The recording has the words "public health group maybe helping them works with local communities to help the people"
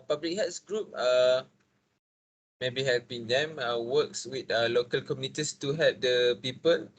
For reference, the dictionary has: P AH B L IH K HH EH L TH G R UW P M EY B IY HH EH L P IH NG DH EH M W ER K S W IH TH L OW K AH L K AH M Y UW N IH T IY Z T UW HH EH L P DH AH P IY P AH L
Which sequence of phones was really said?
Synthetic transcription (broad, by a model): P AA B L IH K HH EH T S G R UW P M EY B IY HH EH L P IH NG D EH M W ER K S W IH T L OW K AH L K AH M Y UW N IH T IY S T UW HH EH L P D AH P IY P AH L